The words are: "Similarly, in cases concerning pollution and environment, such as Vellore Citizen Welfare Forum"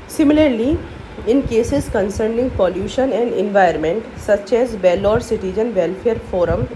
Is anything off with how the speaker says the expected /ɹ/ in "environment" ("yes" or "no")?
yes